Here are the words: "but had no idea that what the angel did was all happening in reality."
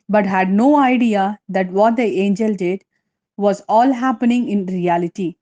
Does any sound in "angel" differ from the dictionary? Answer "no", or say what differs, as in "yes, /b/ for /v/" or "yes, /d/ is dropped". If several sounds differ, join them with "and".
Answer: no